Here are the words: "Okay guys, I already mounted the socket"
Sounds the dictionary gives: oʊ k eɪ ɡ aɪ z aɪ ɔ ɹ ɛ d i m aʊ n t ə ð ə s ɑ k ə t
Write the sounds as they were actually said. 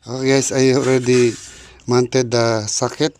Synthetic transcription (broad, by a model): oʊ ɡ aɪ s aɪ ɔ ɹ ɛ d i m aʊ n t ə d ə s ɑ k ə t